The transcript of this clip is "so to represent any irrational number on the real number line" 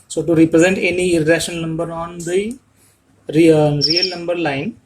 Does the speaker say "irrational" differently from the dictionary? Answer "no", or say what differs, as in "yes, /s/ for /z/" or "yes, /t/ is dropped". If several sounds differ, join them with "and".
yes, /n/ is dropped